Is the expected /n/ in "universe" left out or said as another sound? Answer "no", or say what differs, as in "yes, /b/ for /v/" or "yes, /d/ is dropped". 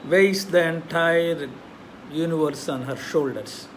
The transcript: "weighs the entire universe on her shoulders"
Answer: no